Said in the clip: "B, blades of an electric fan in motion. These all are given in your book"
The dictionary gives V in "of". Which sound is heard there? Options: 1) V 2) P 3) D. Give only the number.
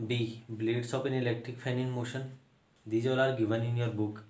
2